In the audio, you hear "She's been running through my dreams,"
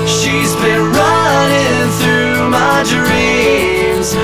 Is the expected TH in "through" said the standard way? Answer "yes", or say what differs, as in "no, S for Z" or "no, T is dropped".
yes